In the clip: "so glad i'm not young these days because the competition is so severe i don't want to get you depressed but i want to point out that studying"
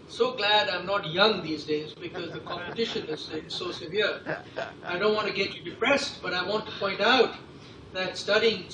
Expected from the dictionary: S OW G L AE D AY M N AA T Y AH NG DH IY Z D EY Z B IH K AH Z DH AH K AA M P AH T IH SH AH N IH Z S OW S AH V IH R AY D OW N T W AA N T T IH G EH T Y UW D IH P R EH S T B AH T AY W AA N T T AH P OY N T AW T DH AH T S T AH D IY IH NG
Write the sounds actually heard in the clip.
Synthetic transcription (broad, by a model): S OW G L AE D AY M N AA T Y AH NG DH IY Z D EY Z B IH K AH Z DH AH K AA M P AH T IH SH AH N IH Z S OW S AH V IH R AY D OW N T W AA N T T IH G EH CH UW D IH P R EH S T B AH T AY W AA N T T AH P OY N T AW T DH AH T S T AH D IY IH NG